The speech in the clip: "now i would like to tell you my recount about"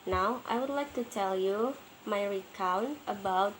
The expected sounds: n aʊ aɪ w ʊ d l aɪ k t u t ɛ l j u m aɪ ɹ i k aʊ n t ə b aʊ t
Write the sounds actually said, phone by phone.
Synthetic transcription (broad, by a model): n aʊ aɪ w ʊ d l aɪ k t u t ɛ l j u m aɪ ɹ i k aʊ n t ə b aʊ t